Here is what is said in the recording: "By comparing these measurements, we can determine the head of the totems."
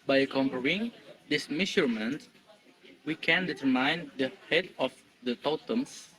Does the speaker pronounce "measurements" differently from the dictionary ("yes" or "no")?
yes